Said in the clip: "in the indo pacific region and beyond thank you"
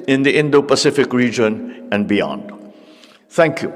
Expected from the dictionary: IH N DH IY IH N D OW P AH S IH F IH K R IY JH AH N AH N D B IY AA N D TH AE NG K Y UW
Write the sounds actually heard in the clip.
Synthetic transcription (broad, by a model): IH N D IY IH N D OW P AH S IH F IH K R IY JH AH N AH N D B IY AA N D T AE NG K Y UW